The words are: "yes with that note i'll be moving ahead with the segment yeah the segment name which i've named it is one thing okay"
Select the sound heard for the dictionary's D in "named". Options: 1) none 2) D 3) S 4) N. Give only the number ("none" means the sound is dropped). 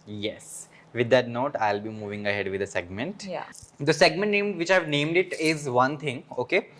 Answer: 2